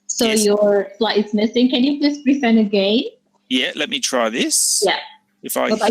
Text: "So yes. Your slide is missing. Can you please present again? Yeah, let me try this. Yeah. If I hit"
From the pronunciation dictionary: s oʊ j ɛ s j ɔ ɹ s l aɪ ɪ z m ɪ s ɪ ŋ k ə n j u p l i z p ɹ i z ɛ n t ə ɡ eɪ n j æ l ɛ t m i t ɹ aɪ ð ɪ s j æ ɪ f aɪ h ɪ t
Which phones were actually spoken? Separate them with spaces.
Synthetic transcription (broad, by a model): s oʊ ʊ j ɔ ɹ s l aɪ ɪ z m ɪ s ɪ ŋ k ə n j u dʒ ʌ s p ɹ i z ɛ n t ə ɡ eɪ n j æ l ɛ t m i t ɹ aɪ ð ɪ s j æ ɪ f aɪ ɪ